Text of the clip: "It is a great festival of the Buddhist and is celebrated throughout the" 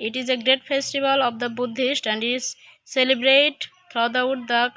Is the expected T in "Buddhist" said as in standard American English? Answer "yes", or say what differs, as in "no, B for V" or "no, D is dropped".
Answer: yes